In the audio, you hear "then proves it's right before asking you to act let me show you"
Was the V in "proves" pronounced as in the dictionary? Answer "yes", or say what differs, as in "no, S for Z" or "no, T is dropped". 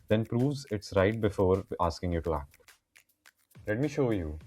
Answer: yes